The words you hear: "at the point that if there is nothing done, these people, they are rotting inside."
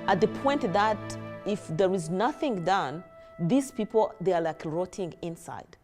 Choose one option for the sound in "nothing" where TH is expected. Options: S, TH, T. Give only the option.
TH